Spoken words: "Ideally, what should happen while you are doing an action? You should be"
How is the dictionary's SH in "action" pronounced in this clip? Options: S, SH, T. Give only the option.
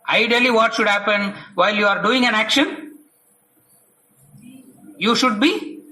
SH